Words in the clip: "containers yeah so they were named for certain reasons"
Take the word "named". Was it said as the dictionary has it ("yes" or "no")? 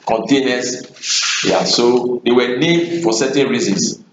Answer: no